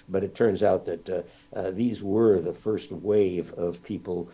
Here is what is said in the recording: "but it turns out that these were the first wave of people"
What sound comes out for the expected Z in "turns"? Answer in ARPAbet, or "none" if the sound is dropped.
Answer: Z